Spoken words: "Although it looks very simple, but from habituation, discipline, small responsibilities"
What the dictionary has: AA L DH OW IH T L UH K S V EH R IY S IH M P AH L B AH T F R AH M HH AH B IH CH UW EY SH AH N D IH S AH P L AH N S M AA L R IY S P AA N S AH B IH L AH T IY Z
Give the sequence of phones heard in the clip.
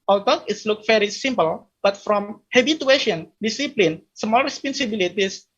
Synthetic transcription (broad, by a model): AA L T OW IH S L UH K V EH R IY S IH M P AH L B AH T F R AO M HH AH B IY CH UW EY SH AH N D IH S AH P L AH N S M AA L R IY S P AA N S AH B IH L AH T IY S